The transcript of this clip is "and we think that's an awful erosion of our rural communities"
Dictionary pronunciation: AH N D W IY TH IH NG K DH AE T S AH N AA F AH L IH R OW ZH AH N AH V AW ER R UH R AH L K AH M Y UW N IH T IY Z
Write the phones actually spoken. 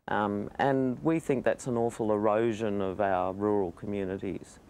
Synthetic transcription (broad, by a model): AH N W IY TH IH NG K DH AE T S AH N AA F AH L IH R OW ZH AH N AH V AW ER R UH R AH L K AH M Y UW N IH T IY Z